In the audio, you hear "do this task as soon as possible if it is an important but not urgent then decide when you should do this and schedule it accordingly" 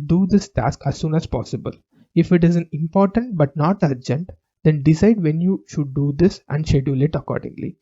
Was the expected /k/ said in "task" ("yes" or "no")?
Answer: yes